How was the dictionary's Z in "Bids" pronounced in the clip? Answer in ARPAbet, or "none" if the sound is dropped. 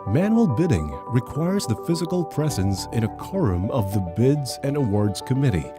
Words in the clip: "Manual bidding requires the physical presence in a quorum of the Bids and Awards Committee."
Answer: Z